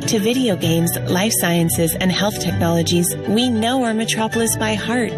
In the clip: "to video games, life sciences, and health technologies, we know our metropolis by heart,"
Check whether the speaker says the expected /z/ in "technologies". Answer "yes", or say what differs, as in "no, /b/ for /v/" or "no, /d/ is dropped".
yes